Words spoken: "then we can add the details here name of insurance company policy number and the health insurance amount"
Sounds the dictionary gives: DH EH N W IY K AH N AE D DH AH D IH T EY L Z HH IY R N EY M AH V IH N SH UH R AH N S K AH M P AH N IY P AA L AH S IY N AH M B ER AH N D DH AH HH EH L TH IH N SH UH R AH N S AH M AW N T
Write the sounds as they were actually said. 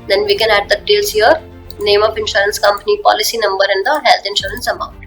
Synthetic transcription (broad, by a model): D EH N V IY K AH N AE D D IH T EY L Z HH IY R N EY M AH P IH N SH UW R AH N S K AH M P AH N IY P AA L AH S IY N AH M B ER AH N D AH HH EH L T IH N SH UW R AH N S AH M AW N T